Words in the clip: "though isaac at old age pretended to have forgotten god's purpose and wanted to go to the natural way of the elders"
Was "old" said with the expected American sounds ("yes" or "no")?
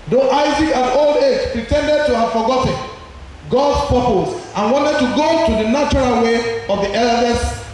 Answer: yes